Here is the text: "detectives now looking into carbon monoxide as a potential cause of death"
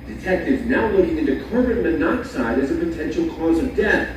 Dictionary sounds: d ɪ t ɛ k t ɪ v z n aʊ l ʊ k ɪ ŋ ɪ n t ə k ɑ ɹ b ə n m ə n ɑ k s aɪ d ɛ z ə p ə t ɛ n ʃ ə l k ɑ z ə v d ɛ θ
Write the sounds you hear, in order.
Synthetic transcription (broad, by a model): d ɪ t ɛ k t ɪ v n aʊ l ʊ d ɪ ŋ ɪ n t ə k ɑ ɹ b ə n m ə n ɑ k s aɪ d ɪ z ə p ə t ɛ n ʃ l k ɑ z ə v d ɛ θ